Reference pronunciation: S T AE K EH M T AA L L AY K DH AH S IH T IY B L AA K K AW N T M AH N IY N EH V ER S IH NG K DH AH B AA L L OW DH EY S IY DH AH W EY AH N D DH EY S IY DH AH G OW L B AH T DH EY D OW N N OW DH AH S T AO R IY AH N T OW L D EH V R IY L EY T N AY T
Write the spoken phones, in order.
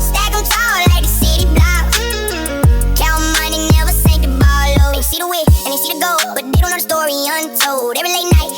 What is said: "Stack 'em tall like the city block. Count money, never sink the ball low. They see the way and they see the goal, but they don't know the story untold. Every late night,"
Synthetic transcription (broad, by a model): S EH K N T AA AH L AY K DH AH S IH T IY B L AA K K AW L M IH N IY N EH V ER S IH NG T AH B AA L L OW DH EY S IY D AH W EY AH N DH EY S IY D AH G OW B AH T DH EY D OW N N OW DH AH S T AO R IY AH N T OW L D EH V R IY L EY T N AY T